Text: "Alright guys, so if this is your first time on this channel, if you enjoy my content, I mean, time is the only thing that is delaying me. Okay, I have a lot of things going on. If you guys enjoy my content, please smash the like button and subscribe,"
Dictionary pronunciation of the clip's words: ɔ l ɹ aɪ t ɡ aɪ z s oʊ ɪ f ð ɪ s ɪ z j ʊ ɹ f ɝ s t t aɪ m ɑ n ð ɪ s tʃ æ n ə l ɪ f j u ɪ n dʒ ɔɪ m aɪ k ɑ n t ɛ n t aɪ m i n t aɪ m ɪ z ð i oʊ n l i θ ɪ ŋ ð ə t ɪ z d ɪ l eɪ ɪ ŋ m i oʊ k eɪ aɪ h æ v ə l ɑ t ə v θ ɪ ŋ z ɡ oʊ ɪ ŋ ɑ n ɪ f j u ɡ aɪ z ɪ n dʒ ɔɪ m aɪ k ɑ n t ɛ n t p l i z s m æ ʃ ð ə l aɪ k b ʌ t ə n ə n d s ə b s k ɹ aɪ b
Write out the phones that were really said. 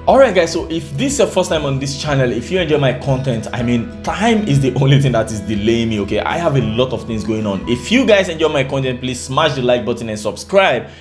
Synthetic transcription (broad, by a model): ɔ l ɹ aɪ t ɡ aɪ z s oʊ ɪ f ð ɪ s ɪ f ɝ s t t aɪ m ɑ n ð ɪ s tʃ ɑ n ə l ɪ f j u ɪ n dʒ ɔɪ m aɪ k ɑ n t ɛ n t aɪ m i n t aɪ m ɪ z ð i oʊ n l i θ ɪ ŋ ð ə t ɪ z d ɪ l eɪ ɪ ŋ m i oʊ k eɪ aɪ h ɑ v ə l ɑ t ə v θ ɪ ŋ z ɡ oʊ ɪ ŋ ɑ n ɪ f j u ɡ aɪ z ɪ n dʒ ɔɪ m aɪ k ɑ n t ɛ n t p l i z s m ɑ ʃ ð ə l aɪ k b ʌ t n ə n s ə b s k ɹ aɪ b